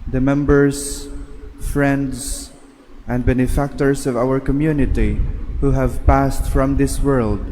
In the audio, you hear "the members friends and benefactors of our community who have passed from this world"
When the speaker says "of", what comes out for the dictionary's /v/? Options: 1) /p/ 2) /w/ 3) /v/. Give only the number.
3